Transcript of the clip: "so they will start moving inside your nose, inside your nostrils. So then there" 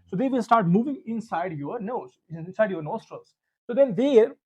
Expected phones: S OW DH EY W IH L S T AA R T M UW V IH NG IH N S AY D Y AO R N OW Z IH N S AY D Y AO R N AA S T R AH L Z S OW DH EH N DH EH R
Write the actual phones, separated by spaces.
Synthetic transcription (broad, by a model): S OW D EY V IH L S T AA R T M UW V IH NG IH N S AY D Y AO R N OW IH N S AY D Y AO R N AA S T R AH L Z S OW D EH N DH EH R